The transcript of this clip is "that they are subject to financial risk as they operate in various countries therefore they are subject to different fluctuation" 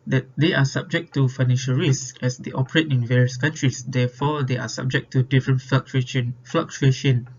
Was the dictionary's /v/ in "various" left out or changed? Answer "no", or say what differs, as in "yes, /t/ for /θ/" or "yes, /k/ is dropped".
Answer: no